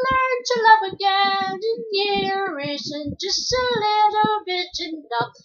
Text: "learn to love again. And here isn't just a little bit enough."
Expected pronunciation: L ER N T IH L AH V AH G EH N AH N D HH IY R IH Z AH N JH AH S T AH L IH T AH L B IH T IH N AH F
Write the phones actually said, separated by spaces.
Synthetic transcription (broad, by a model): L ER N T IH L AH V AH G EH N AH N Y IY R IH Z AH N JH AH S T AH L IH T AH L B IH IH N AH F